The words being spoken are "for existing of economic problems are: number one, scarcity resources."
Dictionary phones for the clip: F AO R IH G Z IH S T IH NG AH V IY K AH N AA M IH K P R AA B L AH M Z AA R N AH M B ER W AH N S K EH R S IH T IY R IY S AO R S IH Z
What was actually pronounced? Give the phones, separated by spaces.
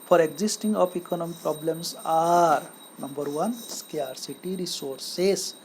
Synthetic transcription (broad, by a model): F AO R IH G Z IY S T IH NG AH P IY K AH N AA M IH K P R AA B L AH M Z AA R N AH M B ER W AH N S K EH R S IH T IY R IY S AO R S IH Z